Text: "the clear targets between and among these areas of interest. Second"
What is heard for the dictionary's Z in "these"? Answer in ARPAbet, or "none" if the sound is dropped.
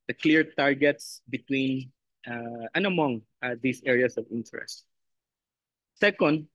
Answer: S